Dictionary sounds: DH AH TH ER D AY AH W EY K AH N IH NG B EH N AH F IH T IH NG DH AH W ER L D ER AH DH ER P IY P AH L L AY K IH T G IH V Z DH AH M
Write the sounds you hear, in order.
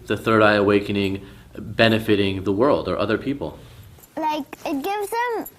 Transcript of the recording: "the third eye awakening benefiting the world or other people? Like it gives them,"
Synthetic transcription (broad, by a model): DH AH TH ER D AY AH W EY K AH N IH NG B EH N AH F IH T IH NG DH AH W ER L D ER AH DH ER P IY P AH L L AY K IH T G IH V Z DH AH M